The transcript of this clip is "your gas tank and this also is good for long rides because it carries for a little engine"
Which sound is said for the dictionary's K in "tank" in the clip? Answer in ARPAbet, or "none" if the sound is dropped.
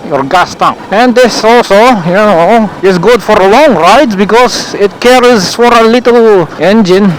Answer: none